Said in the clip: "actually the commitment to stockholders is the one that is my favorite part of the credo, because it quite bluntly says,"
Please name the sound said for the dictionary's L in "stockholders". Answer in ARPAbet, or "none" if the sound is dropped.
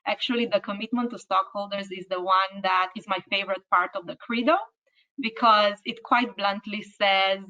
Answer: L